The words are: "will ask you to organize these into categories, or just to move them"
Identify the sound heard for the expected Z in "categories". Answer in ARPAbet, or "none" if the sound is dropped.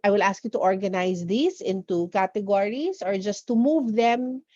S